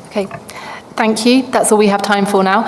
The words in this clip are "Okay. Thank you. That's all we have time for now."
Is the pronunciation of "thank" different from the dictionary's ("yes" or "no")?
no